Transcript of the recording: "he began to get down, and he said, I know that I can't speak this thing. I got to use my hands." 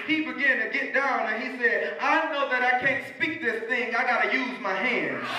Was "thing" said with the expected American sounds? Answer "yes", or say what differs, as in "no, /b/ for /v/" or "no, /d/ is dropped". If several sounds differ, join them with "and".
yes